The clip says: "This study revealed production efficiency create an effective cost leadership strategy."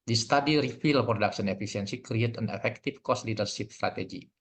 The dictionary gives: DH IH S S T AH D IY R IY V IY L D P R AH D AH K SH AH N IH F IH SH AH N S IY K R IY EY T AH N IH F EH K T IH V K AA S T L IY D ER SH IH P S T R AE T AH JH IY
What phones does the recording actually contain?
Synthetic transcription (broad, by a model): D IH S S T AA D IY R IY F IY L P R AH D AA K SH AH N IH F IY S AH N S IY K R IY EY T AH N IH F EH K T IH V K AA S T L IY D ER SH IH P S T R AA T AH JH IY